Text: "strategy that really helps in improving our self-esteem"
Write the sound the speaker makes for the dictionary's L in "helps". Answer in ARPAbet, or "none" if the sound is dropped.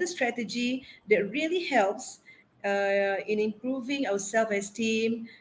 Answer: L